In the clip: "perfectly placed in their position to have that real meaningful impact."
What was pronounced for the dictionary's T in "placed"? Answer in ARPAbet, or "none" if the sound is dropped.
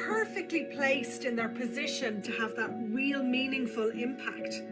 T